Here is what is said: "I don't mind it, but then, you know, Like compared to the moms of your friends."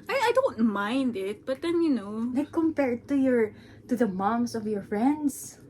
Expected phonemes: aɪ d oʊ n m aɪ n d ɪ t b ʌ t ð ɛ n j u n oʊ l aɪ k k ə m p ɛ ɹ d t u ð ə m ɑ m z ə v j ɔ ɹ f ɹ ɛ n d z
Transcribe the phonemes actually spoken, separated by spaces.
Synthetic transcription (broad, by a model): aɪ d oʊ n m aɪ n d ɪ t b ʌ t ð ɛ n j u n oʊ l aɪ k k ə m p ɛ ɹ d t u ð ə m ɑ m s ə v j ɔ ɹ f ɹ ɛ n d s